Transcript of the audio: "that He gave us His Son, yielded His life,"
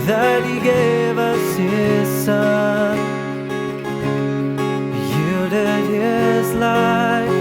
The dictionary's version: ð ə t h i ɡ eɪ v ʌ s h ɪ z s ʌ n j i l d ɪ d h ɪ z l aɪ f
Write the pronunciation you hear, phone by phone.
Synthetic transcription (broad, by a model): ð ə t h i ɡ eɪ v ʌ s h ɪ z s ʌ n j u d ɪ h ɪ z l aɪ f